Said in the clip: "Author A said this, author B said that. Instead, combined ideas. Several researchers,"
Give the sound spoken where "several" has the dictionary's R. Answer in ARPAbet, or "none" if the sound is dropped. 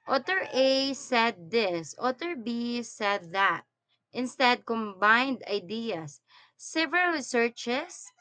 none